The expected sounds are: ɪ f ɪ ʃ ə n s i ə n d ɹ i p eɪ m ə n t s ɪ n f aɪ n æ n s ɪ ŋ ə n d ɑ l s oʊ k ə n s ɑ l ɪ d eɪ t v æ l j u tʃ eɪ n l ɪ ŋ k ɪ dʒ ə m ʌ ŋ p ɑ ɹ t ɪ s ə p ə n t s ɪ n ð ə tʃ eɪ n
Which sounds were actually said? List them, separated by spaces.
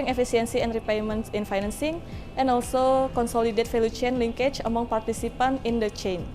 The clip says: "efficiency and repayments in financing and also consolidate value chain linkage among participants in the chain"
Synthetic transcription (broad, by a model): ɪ f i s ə n s i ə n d ɹ i p eɪ m ə n t s ɪ n f aɪ n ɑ n s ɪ ŋ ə n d ɑ l s oʊ k ə n s ɑ l ɪ d eɪ t f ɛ l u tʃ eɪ n l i ŋ k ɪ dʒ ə m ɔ ŋ p ɑ ɹ t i s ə p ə n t ɪ n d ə tʃ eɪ n